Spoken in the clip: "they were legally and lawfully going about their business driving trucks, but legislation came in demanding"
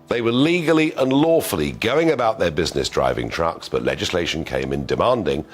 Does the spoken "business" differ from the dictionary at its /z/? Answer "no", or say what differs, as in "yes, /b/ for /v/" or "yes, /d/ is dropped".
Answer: no